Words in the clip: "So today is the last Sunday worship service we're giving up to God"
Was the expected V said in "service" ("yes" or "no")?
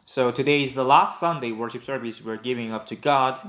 yes